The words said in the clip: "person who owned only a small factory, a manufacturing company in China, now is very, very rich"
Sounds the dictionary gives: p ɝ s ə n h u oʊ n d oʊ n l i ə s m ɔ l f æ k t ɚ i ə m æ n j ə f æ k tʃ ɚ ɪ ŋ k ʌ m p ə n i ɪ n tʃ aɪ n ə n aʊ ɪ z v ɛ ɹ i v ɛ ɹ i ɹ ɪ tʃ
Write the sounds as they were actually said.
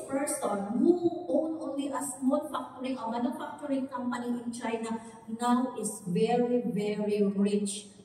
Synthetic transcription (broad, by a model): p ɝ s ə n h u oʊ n oʊ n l i ə s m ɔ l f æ k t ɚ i ə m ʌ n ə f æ k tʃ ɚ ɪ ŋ k ʌ m p ə n i ɪ n tʃ aɪ n ə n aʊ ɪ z v ɛ ɹ i v ɛ ɹ i ɹ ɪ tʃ